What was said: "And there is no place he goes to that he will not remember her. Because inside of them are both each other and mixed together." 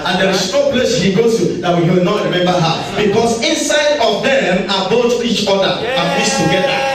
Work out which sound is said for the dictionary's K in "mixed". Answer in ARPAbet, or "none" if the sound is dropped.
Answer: none